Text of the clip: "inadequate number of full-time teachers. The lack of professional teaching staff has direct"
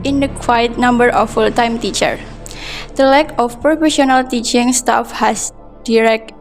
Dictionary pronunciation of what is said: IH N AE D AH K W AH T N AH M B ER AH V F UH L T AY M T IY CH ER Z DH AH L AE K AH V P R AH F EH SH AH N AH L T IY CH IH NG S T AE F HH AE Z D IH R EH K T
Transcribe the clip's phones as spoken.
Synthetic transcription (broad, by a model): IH N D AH K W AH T N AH M B ER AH F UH L T AY M T IY CH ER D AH L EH K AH F P R AH F EH SH AH N AH L T IY CH IH NG S T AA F HH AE S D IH R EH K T